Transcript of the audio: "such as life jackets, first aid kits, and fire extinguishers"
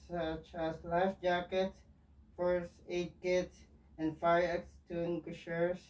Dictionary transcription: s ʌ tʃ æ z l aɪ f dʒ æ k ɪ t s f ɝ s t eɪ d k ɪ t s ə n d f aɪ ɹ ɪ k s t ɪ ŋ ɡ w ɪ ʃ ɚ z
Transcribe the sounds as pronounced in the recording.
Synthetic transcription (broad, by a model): s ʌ tʃ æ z l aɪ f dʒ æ k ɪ t f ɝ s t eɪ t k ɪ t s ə n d f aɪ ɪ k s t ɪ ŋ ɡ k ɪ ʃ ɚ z